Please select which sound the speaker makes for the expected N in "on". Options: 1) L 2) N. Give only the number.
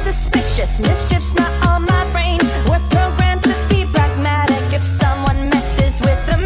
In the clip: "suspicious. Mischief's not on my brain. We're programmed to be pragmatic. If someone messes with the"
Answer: 1